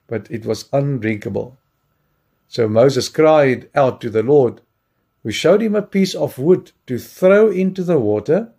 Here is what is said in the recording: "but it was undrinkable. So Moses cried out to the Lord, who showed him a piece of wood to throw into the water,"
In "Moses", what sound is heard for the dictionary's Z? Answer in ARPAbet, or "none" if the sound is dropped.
Z